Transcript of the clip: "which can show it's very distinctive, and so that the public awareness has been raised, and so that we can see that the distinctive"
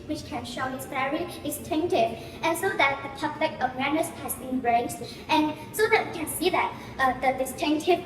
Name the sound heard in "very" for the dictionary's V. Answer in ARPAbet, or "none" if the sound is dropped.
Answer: F